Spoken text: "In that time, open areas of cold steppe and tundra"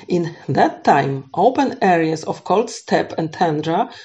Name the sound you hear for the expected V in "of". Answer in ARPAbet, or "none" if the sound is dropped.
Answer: F